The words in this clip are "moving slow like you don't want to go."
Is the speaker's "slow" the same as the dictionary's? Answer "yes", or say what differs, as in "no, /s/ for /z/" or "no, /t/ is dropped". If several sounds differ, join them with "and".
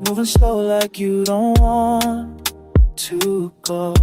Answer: no, /l/ is dropped